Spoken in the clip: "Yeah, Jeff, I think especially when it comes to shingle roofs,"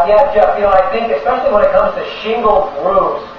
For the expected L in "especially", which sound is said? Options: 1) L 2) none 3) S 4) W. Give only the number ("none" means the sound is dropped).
1